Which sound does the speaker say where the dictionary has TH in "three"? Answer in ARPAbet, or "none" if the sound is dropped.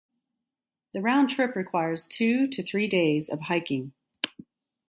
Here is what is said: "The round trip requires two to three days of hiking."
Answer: TH